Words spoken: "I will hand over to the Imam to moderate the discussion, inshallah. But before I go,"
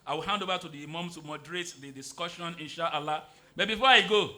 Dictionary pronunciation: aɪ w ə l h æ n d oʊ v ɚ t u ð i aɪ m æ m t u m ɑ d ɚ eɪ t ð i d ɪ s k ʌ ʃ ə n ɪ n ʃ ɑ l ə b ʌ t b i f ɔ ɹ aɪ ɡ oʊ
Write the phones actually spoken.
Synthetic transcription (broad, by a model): aɪ w ə l h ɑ n d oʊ v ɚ t u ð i m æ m t u m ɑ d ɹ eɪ t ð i d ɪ s k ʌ ʃ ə n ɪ n ʃ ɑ l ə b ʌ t b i f ɔ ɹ aɪ ɡ oʊ